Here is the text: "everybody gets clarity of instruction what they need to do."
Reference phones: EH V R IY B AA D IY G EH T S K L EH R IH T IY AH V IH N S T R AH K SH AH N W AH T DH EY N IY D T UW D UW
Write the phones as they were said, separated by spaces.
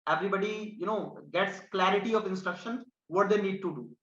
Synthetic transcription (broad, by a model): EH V R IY B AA D IY G EH T S K L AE R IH T IY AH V IH N S T R AH K SH AH N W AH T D EY N IY D T UW D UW